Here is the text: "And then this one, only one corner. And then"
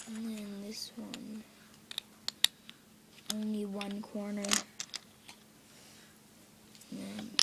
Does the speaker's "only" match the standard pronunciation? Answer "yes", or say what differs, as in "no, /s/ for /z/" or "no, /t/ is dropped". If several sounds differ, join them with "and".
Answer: yes